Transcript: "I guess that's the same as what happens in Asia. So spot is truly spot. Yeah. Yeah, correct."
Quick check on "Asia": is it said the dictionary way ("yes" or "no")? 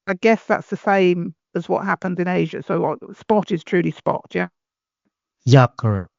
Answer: yes